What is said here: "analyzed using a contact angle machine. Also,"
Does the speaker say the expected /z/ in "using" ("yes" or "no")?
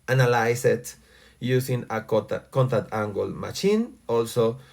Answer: no